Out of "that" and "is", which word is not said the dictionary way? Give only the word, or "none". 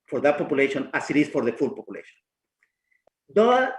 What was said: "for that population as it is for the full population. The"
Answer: is